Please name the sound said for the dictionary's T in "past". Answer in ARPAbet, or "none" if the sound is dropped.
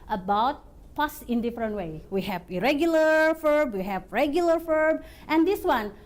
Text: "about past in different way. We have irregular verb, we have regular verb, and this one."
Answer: none